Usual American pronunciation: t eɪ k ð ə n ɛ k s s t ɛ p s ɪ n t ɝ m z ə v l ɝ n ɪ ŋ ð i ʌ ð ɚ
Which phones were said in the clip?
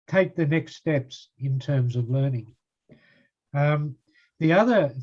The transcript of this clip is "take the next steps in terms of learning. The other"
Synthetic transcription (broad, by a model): t eɪ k ð ə n ɛ k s s t ɛ p s ɪ n t ɝ m z ə v l ɝ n ɪ ŋ ð i ʌ ð ɚ